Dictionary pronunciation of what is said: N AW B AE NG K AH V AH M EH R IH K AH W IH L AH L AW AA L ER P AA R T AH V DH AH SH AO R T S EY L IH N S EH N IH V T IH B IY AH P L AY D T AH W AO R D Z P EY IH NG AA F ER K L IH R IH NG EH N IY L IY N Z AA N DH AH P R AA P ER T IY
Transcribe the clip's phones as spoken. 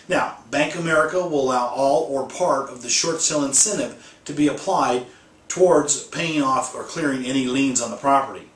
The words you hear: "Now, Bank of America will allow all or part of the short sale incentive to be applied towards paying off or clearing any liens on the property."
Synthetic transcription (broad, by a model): N AW B AE NG K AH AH M EH R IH K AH W IH L AH L AW AA L ER P AA R T AH V DH AH SH AO R T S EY L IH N S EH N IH P T IH B IY AH P L AY D T AH W AO R D Z P EY IH NG AA F ER K L IH R IH NG EH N IY L IY N Z N DH AH P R AA P ER T IY